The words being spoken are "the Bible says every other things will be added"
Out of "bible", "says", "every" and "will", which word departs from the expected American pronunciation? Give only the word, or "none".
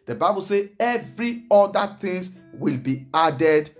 says